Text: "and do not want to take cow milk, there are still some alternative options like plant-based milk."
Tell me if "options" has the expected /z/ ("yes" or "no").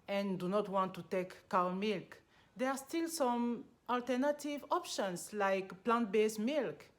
no